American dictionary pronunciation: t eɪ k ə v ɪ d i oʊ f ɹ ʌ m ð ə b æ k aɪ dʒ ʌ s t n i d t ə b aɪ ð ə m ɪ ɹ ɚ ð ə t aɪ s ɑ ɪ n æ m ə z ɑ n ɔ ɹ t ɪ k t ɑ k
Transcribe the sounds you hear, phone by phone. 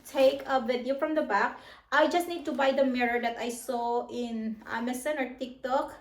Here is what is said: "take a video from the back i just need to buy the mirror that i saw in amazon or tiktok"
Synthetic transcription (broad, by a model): t eɪ k ə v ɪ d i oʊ f ɹ ʌ m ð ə b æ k aɪ dʒ ʌ s t n i d t ə b aɪ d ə m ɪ ɹ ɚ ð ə t aɪ s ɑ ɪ n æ m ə s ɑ n ɔ ɹ t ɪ k t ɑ k